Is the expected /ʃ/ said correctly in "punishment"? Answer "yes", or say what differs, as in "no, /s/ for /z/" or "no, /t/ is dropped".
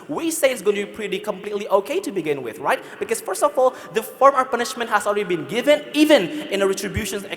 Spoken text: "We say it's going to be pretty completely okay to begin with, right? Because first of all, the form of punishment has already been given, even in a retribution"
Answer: yes